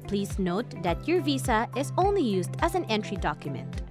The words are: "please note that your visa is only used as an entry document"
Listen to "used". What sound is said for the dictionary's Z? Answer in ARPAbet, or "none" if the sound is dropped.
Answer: Z